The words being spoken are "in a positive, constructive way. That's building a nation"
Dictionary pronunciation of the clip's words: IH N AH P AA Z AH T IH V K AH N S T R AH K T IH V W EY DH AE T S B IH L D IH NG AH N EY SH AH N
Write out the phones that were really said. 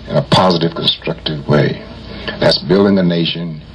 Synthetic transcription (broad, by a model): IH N AH P AA Z AH T IH V K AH N S T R AH K T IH V W EY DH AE T S B IH L D IH NG AH N EY SH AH N